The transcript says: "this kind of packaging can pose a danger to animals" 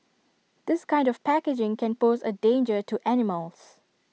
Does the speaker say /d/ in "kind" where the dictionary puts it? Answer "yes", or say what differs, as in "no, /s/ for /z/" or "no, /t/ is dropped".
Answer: yes